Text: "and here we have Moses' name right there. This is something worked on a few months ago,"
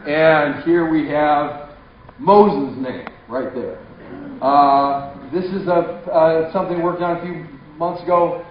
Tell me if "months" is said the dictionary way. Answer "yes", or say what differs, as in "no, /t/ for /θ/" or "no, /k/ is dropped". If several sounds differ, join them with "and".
yes